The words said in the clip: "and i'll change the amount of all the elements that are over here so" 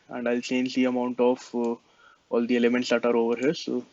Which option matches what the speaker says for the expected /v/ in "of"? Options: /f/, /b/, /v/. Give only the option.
/f/